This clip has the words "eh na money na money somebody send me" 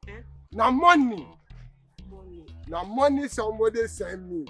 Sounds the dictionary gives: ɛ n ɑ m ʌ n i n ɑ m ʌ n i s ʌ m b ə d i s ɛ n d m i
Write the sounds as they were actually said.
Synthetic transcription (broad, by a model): n ɑ m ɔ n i n ɑ m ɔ n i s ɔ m ə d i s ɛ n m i